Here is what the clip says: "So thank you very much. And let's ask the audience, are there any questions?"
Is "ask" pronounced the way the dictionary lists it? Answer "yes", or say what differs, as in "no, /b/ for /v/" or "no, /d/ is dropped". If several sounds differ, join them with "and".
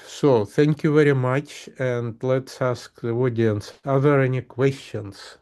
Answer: yes